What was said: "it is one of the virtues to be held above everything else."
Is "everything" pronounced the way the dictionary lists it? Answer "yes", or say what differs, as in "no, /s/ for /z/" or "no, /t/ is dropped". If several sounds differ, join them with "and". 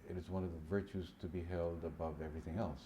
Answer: yes